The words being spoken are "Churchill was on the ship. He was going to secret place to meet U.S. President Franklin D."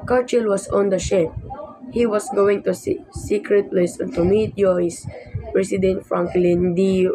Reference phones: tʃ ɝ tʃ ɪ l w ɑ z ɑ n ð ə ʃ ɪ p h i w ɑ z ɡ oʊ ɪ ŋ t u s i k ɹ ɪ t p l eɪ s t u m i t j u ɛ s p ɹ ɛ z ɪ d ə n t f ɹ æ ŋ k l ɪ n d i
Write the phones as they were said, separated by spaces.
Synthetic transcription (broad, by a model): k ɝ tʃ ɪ l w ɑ s ɑ n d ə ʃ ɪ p h i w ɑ s ɡ oʊ ɪ ŋ t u s i k ɹ ɪ t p l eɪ s t u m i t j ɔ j s p ɹ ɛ s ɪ d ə n t f ɹ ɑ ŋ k l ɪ n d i